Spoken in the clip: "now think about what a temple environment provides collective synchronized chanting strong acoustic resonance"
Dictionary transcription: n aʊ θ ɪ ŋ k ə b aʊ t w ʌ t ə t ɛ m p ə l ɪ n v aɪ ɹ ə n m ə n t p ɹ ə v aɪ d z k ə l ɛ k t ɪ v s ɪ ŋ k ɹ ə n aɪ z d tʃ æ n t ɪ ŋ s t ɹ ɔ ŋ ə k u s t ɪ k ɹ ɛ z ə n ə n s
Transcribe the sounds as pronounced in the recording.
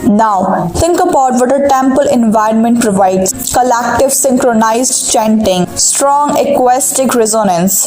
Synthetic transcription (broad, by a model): n aʊ t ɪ ŋ k ə b aʊ t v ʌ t ə t ɛ m p ə l ɪ n v aɪ ɹ ə n m ə n t p ɹ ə v aɪ d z k ə l ɛ k t ɪ v s ɪ ŋ k ɹ ə n aɪ z d tʃ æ n t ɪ ŋ s t ɹ ɔ ŋ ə k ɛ s t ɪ k ɹ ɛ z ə n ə n s